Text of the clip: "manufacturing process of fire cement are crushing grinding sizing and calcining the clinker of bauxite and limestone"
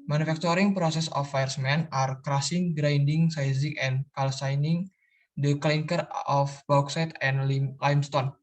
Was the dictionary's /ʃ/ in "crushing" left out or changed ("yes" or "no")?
yes